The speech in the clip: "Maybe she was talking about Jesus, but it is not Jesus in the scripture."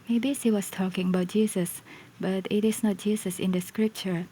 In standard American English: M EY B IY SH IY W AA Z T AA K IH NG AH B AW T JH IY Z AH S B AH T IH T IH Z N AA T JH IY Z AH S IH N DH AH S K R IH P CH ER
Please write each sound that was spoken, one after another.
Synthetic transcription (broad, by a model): M EY B IY S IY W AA S T AA K IH NG AH B AW T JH IY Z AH S B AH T IH T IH S N AA T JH IY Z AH S IH N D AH S K R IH P CH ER